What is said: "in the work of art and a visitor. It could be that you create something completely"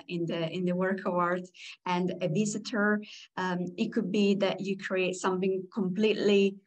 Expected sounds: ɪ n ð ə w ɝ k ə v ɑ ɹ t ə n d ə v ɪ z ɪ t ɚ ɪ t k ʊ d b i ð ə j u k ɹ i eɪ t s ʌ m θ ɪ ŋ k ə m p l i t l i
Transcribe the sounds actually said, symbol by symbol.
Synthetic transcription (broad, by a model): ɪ n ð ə w ɝ k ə w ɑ ɹ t ə n d ə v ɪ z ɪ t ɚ ɪ t k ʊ d b i ð ə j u k ɹ i eɪ t s ʌ m θ ɪ ŋ k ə m p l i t l i